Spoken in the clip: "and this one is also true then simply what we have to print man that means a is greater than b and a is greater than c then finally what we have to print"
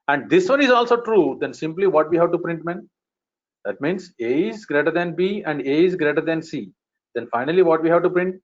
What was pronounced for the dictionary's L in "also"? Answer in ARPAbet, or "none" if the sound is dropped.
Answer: L